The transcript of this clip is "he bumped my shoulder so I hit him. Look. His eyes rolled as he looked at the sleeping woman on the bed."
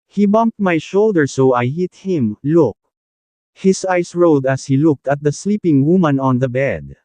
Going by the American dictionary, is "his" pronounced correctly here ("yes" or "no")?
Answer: no